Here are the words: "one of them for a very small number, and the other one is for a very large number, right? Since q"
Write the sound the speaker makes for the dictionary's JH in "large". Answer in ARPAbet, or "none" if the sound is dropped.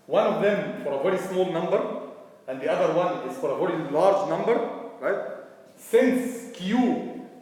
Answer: JH